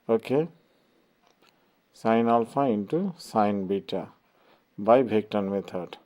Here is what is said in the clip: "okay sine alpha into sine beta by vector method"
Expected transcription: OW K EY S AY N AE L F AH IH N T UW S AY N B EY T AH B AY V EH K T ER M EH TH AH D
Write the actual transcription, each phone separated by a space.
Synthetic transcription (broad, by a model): OW K EY S AY N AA L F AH IH N T UW S AY N B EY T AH B AY B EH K T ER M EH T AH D